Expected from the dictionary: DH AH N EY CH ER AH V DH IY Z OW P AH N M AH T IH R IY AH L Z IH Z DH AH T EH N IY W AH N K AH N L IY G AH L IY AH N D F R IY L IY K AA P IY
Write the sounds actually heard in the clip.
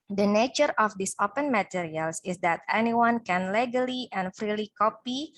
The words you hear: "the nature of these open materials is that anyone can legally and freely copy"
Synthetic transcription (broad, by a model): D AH N EY CH ER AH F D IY S OW P AH N M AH T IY R IY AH L S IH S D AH T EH N IY W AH N K AH N L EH G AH L IY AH N F R IY L IY K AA P IY